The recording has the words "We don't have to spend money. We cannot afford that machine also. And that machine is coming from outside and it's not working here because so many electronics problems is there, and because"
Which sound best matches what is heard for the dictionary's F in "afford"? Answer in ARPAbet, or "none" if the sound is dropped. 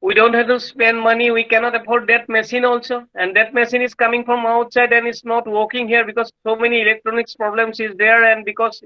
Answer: P